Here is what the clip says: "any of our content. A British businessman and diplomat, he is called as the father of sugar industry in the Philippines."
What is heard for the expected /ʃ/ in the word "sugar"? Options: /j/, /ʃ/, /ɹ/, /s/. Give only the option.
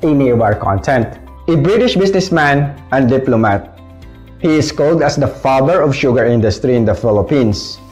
/ʃ/